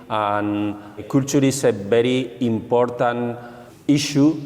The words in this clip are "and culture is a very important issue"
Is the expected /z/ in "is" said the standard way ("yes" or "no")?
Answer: no